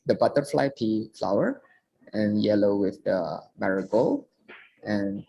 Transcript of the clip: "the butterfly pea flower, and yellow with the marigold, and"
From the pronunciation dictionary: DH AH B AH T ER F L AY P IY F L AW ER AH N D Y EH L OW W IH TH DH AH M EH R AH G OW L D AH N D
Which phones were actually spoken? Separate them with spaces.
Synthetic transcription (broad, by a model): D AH B AH T ER F L AY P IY F L AW ER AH N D Y EH L OW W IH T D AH M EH R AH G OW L AH N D